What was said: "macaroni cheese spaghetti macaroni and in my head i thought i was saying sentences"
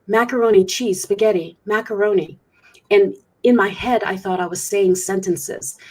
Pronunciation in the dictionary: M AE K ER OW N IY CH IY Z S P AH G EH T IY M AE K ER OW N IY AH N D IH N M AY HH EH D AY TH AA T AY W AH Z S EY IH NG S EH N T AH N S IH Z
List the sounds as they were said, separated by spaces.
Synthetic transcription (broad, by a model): M AE K ER OW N IY CH IY S P AH G EH T IY M AE K ER OW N IY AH N IH N M AY HH EH D AY TH AA T AY W AH Z S EY IH NG S EH N T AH N S IH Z